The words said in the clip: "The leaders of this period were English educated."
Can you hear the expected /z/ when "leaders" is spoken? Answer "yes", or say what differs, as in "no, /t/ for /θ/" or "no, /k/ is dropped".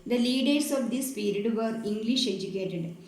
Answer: no, /s/ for /z/